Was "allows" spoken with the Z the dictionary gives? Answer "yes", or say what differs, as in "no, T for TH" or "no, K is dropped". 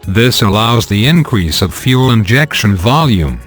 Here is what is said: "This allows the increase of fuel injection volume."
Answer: yes